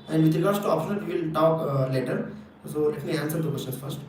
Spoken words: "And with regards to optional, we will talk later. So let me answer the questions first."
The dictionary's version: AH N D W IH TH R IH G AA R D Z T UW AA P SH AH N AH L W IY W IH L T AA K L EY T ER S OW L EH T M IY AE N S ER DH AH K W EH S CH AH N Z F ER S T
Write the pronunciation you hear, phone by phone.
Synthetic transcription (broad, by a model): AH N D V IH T R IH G AA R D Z T UW AA P SH AH N AH L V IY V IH L T AA K L EY T ER S OW L EH T M IY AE N S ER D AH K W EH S AH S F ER S T